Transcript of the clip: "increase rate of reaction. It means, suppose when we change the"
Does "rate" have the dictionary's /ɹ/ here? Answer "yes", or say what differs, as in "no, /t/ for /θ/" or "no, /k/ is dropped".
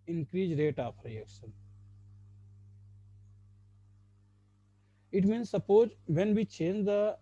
yes